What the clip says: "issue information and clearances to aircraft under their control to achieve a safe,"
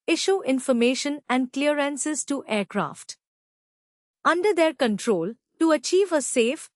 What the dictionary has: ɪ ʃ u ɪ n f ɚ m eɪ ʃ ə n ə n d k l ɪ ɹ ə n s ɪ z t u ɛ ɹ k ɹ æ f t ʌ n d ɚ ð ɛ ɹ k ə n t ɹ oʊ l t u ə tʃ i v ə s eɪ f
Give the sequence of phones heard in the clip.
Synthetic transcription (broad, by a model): ɪ ʃ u ɪ n f ɚ m eɪ ʃ ə n ə n d k l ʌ ɹ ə n s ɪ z t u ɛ ɹ k ɹ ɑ f t ʌ n d ɚ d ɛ ɹ k ə n t ɹ oʊ l t u ə tʃ i v ə s eɪ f